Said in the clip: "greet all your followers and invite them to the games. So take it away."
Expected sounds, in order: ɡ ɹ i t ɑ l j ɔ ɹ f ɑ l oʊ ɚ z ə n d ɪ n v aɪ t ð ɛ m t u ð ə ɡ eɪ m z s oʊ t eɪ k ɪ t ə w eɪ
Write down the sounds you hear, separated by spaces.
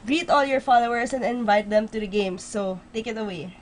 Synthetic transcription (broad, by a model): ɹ i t ɑ l j ɔ ɹ f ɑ l oʊ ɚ s ə n d ɪ n v aɪ t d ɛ m t u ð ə ɡ eɪ m s oʊ t eɪ k ɪ t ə w eɪ